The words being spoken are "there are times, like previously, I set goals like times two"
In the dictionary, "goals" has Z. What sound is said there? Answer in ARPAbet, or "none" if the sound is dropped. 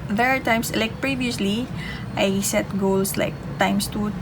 S